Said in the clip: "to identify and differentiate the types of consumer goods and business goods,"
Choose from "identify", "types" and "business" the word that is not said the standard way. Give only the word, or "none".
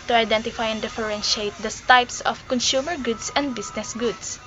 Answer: business